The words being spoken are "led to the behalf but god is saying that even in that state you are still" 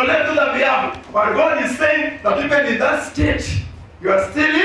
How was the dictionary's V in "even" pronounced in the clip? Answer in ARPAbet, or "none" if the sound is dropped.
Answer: P